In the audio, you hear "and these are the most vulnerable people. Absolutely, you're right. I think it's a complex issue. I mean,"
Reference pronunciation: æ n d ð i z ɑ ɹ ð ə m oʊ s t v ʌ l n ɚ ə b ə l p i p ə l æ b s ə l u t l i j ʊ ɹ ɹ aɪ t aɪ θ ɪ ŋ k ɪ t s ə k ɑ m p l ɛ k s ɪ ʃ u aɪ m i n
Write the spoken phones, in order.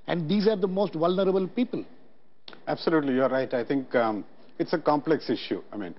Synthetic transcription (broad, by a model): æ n d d i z ɑ ɹ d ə m oʊ s t v ʌ l n ɚ ə b ə l p i p ə l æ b s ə l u t l i j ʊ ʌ ɹ aɪ t aɪ t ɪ ŋ k ɪ t s ə k ɑ m p l ɛ k s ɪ ʃ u aɪ m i n